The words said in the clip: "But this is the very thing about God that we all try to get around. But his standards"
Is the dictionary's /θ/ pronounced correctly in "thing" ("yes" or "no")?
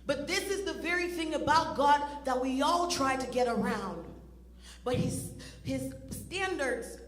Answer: yes